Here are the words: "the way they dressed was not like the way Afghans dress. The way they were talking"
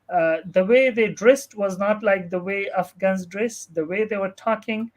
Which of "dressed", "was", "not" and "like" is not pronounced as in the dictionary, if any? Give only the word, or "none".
none